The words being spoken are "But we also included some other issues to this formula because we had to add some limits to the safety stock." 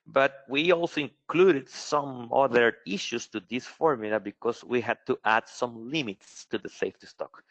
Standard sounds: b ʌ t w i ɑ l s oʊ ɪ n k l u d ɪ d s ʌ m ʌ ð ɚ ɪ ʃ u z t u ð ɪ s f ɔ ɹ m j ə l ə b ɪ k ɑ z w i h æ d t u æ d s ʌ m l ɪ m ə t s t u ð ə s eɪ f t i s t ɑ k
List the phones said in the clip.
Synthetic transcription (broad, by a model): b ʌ t w i ɑ l s oʊ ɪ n k l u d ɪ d s ʌ m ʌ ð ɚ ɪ ʃ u s t u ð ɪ s f ɔ ɹ m j l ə b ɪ k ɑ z w i h æ d t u æ d s ʌ m l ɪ m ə t s t u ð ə s eɪ f t i s t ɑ k